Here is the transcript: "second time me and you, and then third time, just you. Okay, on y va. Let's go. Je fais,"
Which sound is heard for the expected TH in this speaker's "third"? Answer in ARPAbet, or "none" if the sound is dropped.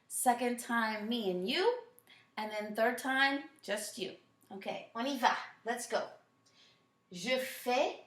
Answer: TH